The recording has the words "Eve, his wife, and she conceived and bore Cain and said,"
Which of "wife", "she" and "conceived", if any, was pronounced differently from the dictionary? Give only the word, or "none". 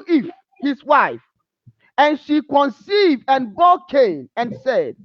none